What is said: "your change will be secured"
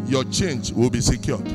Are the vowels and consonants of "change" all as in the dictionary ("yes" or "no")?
yes